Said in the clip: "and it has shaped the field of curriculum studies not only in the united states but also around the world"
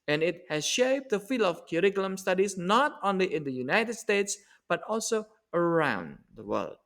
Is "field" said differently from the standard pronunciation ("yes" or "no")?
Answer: yes